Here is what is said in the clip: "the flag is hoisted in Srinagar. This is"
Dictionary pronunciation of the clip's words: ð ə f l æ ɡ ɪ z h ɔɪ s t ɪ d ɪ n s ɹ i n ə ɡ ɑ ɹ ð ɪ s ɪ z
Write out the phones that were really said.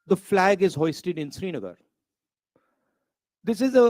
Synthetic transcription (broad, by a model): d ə f l æ ɡ ɪ z h ɔɪ s t ɪ d ɪ n s ɹ i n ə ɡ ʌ ɹ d ɪ s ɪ z